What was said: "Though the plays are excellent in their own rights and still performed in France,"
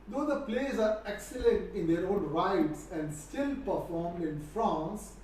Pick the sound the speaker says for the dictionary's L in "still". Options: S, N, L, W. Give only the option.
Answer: L